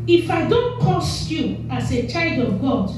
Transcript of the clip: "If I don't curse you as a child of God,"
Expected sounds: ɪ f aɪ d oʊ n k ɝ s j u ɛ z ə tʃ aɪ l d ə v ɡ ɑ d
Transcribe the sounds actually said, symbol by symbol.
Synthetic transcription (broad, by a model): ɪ f aɪ d oʊ n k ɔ s j u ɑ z ə tʃ aɪ l d ə v ɡ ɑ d